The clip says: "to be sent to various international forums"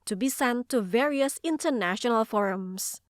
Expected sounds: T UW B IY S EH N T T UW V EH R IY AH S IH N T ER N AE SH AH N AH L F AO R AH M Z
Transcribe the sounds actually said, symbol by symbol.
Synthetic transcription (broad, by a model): T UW B IY S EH N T T UW V EH R IY AH S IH N T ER N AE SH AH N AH L F AO R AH M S